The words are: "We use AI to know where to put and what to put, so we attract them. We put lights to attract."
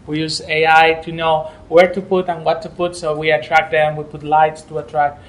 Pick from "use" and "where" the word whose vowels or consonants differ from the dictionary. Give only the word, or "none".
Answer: none